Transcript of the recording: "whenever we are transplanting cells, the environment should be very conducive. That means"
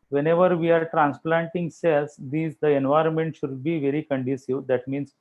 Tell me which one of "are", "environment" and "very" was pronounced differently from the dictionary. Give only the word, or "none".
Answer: none